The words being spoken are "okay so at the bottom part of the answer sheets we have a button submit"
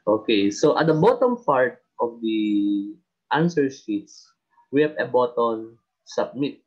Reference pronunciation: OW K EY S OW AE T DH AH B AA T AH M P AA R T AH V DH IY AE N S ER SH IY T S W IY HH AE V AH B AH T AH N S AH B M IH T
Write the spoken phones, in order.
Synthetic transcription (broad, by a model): OW K EY S OW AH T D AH B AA T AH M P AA R T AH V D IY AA N S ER S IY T S W IY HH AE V AH B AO T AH N S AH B M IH T